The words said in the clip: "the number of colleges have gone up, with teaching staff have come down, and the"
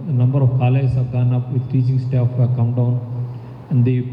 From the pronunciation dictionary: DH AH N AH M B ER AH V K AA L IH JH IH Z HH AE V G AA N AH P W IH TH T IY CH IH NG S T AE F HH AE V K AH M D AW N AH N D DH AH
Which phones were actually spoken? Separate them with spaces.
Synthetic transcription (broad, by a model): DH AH N AH M B ER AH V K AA L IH IH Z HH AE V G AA N AH P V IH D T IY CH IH NG S T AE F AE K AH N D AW N AH N D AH